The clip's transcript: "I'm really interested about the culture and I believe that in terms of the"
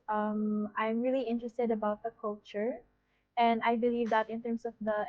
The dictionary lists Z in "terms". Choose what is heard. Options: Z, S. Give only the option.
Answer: S